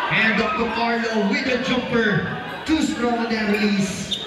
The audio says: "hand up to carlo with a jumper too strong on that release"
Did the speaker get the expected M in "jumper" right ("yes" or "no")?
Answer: no